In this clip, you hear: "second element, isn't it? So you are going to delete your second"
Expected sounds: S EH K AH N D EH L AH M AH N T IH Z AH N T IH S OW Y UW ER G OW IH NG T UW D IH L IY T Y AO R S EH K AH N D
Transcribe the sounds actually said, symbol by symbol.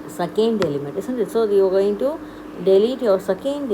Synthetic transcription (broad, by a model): S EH K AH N D EH L AH M AH N T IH S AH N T IH S OW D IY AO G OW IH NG T UW D IH L IY T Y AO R S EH K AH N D